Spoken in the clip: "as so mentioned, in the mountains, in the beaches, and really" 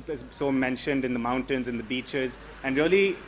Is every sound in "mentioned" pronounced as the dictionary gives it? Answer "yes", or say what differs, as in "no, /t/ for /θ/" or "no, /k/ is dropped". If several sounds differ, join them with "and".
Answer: yes